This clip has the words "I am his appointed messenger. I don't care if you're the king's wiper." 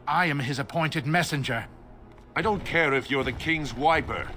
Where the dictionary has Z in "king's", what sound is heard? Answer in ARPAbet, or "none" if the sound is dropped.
Z